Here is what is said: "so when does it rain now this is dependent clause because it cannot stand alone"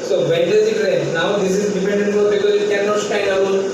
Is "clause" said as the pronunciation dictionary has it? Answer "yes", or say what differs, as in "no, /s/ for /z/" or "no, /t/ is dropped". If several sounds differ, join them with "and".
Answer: no, /z/ is dropped